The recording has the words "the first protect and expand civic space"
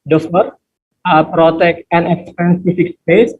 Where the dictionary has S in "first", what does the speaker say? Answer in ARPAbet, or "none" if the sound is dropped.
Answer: none